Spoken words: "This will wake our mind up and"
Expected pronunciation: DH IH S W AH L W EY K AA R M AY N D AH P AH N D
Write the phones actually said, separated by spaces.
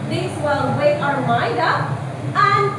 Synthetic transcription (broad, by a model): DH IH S W AH L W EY AA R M AY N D AH P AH N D